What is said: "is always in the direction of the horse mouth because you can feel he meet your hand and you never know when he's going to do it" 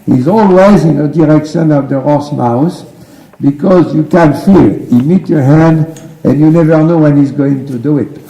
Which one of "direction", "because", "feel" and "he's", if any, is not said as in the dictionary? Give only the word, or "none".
none